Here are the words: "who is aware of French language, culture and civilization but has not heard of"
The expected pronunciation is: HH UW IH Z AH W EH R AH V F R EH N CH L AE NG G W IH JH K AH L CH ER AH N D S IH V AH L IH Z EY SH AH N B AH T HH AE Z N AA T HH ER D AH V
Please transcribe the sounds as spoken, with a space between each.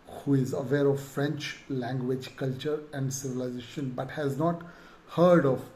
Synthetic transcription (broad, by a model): HH UW IH Z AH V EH R AH V F R EH N CH L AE NG G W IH JH K AH L CH ER AH N D S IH V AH L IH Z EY SH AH N B AH T HH AE Z N AA T HH ER D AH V